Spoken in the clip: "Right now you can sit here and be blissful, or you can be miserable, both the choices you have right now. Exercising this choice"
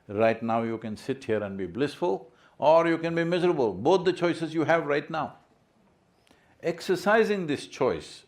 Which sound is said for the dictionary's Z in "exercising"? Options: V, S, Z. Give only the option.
Z